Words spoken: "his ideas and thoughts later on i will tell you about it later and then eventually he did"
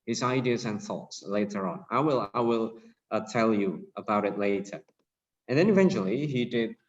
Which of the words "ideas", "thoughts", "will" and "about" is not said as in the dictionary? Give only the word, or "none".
none